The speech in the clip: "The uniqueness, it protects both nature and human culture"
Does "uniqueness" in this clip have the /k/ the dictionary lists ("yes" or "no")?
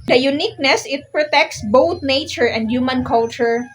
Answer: yes